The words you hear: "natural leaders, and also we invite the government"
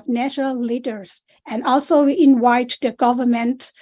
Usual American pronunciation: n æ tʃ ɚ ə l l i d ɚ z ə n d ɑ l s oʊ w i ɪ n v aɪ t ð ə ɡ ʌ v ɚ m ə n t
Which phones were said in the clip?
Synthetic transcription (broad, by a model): n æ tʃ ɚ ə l l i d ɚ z ə n d ɑ l s oʊ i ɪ n w aɪ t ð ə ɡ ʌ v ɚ m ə n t